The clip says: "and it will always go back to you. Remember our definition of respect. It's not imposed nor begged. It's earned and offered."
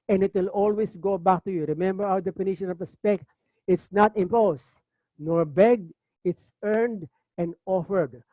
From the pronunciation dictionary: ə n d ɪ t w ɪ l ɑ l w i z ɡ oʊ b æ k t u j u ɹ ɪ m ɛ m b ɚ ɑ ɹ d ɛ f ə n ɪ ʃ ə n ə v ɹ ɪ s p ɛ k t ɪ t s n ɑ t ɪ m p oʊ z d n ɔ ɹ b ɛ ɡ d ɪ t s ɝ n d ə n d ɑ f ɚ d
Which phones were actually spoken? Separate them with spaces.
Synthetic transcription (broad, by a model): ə n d ɪ t w ɪ l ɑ l w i s ɡ oʊ b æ k t u j u ɹ ɪ m ɛ m b ɚ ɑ w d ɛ p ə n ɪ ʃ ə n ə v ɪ s p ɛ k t ɪ t s n ɑ t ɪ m p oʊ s n ɔ ɹ b ɛ ɡ ɪ t s ɝ n d ə n d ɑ f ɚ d